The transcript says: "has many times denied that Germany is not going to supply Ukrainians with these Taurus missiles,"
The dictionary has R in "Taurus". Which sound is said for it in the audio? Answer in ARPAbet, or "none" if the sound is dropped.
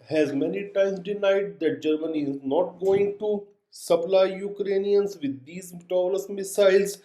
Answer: L